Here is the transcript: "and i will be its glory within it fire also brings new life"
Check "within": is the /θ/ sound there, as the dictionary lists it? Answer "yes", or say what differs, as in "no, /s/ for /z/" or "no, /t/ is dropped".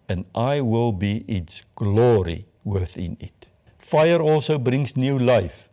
yes